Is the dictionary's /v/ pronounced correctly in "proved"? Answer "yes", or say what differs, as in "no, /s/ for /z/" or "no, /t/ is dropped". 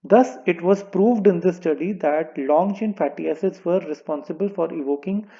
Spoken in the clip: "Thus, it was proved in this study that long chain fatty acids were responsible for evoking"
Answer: yes